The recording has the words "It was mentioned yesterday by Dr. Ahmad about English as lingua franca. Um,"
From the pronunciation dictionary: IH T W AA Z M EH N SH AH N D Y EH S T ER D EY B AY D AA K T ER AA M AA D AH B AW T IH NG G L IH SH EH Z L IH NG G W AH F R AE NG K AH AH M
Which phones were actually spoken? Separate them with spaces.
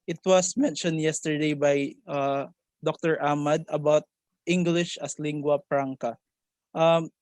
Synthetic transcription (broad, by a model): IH T W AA S M EH N SH AH N D Y EH S T ER D EY B AY D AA K T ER AA M AA D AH B AW T IH NG G L IH SH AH S L IH NG G W AH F R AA NG K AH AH M